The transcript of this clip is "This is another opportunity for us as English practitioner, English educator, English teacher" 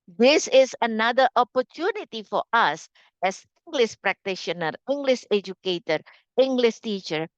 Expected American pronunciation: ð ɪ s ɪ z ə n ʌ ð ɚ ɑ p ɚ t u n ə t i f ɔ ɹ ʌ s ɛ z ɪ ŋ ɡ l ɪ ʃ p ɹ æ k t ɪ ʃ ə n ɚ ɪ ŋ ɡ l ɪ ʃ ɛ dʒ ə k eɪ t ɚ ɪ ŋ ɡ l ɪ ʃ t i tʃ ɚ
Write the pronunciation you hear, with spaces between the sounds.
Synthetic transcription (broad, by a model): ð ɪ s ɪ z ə n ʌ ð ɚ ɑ p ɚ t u n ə t i f ɔ ɹ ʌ s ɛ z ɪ ŋ ɡ l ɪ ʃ p ɹ æ k t ɪ ʃ ə n ɚ ɪ ŋ ɡ l ɪ ʃ ɛ dʒ ə k eɪ t ɚ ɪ ŋ ɡ l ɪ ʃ t i tʃ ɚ